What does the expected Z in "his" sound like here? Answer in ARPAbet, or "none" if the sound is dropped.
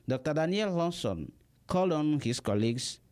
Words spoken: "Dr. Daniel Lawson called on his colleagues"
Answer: S